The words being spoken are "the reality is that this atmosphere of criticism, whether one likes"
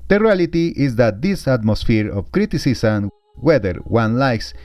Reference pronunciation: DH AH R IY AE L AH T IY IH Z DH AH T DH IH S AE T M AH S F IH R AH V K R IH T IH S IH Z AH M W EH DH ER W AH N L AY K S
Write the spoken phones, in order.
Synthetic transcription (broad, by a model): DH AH R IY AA L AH T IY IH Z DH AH T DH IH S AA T M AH S F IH R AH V K R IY T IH S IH S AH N W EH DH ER W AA N L AY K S